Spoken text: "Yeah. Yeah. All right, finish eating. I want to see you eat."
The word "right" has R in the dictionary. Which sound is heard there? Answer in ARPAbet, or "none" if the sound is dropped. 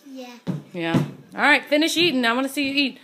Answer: R